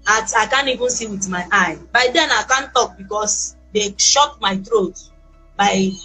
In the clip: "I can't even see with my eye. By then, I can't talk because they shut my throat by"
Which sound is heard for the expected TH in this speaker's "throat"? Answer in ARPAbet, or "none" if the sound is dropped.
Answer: T